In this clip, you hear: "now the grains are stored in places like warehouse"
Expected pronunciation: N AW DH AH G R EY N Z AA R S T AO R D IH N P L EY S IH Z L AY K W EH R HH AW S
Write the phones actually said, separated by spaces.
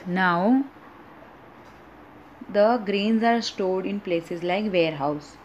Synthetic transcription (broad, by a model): N AW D AH G R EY N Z AA R S T AO L D IH N P L EY S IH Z L AY K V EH R HH AW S